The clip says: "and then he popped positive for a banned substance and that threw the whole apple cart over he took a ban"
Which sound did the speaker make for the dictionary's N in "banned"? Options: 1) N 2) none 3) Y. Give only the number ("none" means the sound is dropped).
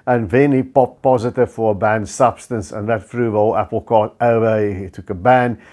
1